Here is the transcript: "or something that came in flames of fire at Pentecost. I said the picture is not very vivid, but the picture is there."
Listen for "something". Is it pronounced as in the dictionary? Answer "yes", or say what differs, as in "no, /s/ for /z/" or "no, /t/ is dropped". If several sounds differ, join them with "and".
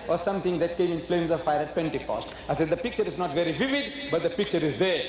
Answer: no, /t/ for /θ/